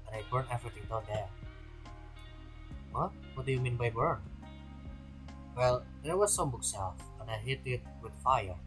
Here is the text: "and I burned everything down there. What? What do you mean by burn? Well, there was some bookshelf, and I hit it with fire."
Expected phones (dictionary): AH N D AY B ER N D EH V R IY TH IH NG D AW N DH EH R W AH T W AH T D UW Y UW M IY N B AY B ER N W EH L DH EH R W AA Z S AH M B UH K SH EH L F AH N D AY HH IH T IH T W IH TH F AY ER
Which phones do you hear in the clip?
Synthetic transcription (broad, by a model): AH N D AY B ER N EH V R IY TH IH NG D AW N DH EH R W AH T W AH T D UW Y UW M IY N B AY B ER N W EH L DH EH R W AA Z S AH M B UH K S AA F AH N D AY HH IH T IH T W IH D F AY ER